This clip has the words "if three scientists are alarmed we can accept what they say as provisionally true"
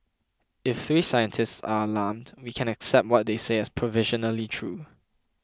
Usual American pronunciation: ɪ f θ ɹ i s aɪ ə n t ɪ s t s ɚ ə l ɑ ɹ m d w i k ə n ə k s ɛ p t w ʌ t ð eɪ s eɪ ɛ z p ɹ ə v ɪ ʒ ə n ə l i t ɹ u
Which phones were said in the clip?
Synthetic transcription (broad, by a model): ɪ f θ ɹ i s aɪ ə n t ɪ s t s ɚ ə l ɑ m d w i k ə n ə k s ɛ p t w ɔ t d eɪ s eɪ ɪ s p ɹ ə v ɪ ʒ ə n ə l i t ɹ u